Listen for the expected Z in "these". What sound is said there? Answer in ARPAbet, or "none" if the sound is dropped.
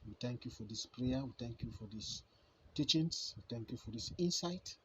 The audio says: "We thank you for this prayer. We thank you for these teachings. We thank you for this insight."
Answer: S